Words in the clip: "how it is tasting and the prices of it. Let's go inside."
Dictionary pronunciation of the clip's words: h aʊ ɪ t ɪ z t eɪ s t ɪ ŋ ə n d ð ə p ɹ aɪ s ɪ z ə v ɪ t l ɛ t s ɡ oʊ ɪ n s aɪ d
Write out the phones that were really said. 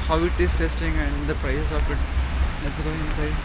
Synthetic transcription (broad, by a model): h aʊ ɪ t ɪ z t eɪ s t ɪ ŋ ə n d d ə p ɹ aɪ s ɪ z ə p ɪ t l ɛ t s ɡ oʊ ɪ n s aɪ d